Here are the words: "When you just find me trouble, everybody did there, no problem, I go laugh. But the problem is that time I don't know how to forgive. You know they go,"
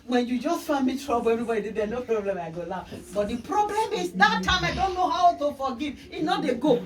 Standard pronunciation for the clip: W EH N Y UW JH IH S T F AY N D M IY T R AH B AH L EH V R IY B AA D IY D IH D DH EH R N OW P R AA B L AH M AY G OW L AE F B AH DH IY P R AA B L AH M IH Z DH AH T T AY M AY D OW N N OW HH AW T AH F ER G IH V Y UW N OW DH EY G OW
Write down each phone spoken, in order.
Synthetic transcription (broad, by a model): W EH N Y UW JH IH S T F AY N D M IY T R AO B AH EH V IY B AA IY D IH D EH N OW P R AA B L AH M AY G OW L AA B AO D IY P R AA B L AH M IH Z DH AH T T AY M AY D OW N N OW HH AW T AH F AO G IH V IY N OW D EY G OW